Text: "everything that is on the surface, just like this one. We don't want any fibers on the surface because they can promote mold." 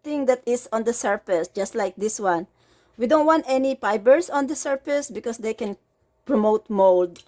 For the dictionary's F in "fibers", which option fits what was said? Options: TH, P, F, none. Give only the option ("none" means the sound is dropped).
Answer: P